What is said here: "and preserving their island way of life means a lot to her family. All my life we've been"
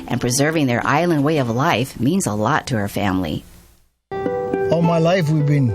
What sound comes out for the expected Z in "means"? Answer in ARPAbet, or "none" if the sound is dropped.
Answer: Z